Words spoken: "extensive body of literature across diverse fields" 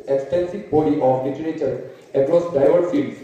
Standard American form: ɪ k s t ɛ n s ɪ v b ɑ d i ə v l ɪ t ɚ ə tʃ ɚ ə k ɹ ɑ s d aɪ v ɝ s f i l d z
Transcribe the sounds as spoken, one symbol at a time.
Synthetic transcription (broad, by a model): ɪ k s t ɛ n s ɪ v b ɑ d i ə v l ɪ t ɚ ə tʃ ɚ ə k ɹ ɑ s d aɪ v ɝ f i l